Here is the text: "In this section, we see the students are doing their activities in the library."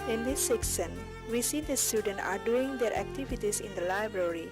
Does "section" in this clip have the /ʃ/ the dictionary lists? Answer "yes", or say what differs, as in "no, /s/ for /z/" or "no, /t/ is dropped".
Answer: no, /s/ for /ʃ/